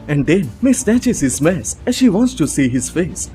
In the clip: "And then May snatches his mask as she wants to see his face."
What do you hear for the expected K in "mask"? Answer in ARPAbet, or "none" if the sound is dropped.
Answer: none